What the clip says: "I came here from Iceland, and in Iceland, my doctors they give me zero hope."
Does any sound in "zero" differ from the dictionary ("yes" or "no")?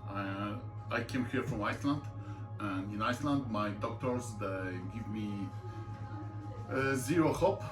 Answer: no